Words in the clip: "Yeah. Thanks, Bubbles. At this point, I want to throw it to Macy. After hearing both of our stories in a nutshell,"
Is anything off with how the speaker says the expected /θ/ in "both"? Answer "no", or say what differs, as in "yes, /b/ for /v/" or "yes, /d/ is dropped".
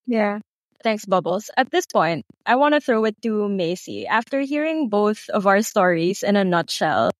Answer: no